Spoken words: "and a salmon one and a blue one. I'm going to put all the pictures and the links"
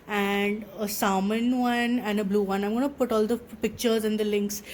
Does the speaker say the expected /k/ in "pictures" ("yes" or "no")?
yes